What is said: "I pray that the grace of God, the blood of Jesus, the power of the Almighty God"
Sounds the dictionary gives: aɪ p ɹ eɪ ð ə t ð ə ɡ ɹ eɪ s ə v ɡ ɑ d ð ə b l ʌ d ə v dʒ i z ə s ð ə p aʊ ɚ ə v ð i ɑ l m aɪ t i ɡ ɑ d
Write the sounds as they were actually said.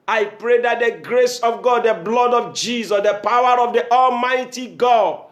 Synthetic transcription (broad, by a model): aɪ p ɹ eɪ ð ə t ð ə ɡ ɹ eɪ s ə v ɡ ɑ d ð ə b l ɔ d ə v dʒ i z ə s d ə p aʊ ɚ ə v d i ɑ l m aɪ t i ɡ ɑ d